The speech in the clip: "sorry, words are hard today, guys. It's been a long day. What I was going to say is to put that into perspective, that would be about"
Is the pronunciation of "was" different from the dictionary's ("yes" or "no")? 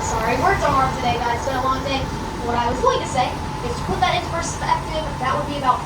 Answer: no